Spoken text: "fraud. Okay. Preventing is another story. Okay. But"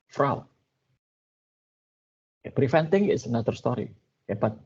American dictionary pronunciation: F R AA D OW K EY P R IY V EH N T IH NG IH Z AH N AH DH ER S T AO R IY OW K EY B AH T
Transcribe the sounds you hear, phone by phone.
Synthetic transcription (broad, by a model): F R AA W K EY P R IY F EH N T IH NG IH S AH N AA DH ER S T AO R IY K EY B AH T